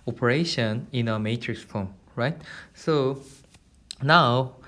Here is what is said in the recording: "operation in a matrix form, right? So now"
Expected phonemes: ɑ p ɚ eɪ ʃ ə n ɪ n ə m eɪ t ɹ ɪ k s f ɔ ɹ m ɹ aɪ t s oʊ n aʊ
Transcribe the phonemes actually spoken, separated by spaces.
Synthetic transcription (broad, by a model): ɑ p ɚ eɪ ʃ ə n ɪ n ə m eɪ t ɹ ɪ k s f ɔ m ɹ aɪ t s oʊ n aʊ